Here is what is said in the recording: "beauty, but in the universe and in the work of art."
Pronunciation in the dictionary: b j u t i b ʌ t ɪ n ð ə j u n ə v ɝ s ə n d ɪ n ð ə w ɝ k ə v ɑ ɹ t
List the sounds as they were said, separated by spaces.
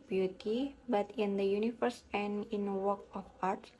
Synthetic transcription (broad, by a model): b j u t i b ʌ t ɪ n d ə j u n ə f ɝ s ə n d ɪ n w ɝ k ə f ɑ ɹ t